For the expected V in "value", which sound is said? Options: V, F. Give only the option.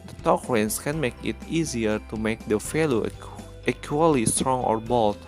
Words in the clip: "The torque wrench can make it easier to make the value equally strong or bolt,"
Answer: F